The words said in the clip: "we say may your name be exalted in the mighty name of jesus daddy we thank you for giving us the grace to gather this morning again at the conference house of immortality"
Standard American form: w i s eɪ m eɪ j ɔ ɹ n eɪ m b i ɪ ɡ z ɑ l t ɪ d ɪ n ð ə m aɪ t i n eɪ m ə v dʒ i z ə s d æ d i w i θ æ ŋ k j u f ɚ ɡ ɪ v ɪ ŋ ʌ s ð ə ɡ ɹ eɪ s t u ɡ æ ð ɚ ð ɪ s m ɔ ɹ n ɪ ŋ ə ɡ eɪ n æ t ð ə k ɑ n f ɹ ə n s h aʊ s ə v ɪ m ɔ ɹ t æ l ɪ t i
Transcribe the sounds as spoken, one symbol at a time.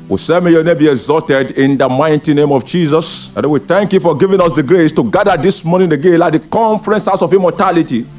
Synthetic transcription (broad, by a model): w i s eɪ m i j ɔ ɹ n eɪ m b i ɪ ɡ z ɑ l t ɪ d ɪ n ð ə m aɪ t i n eɪ m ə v dʒ i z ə s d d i w i θ æ ŋ k j u f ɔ ɡ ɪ v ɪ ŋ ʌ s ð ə ɡ ɹ eɪ s t u ɡ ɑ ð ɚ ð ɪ s m ɔ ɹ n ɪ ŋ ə ɡ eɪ l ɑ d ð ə k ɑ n f ɹ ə n s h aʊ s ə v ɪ m ɔ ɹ t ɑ l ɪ t i